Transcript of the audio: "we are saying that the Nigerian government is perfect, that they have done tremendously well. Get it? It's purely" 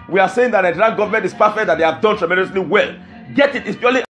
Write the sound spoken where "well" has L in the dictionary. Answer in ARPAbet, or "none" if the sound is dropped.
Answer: L